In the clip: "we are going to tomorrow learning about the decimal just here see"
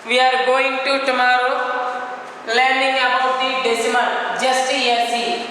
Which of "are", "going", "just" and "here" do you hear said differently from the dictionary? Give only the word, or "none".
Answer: here